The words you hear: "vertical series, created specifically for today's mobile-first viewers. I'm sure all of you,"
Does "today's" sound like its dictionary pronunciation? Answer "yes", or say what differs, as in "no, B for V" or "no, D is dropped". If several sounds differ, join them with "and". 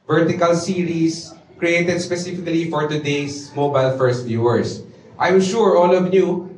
no, S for Z